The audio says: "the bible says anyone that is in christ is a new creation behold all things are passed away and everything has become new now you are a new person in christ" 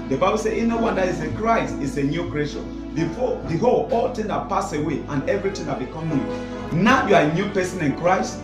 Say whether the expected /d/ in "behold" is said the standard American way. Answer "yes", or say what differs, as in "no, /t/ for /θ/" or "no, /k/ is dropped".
no, /d/ is dropped